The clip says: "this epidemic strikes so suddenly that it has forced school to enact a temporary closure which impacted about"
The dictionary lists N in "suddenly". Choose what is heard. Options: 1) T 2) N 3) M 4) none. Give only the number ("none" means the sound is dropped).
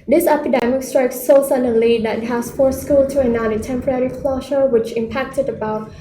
4